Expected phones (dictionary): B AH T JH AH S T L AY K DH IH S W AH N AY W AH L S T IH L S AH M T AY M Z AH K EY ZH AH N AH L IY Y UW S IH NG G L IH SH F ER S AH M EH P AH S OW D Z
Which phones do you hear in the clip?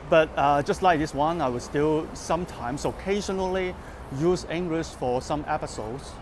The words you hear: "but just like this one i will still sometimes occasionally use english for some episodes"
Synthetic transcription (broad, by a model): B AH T JH AH S T L AY K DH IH S W AH N AY W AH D S T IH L S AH M T AY M S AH K EY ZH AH N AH L IY Y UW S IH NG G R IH S F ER S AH M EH P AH S OW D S